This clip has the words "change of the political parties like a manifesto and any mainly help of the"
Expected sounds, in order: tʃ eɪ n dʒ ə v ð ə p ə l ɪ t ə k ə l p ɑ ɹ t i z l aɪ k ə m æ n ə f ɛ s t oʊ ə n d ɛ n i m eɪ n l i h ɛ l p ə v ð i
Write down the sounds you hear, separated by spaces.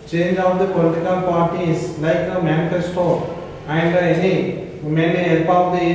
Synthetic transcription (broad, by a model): tʃ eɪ n dʒ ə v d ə p ə l ɪ t ə k ə l p ɑ ɹ t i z l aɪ k ə m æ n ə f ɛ s t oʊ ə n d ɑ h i m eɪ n i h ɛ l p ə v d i